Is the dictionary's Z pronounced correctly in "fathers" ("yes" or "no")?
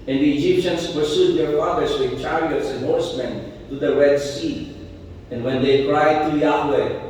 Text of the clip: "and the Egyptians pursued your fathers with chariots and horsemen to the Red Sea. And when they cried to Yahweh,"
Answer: no